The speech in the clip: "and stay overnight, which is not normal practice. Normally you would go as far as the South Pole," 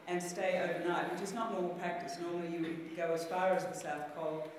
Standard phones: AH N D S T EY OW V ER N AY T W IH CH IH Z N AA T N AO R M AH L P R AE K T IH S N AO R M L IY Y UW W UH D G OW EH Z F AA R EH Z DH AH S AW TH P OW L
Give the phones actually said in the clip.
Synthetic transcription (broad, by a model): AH N S T EY OW V ER N AY T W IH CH IH Z N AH T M AO R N P R AE K T IH S N AO R M L IY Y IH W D G OW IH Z F AA R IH Z DH AH S AW TH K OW L